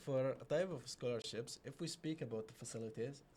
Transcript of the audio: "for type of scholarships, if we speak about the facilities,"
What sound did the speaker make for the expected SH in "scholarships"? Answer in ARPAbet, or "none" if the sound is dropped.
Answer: SH